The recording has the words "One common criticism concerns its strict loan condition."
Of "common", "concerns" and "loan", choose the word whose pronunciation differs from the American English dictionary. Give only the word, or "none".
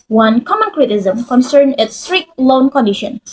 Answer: concerns